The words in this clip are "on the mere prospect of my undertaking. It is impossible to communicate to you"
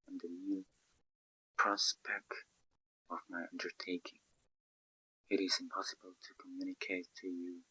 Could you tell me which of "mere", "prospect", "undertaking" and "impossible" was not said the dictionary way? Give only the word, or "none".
mere